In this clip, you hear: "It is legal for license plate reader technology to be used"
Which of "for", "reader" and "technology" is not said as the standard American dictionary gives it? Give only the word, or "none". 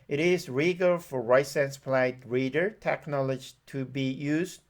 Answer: none